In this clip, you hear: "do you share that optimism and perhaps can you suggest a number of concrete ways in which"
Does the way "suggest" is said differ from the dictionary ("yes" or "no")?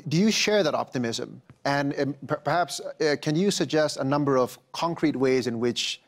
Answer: no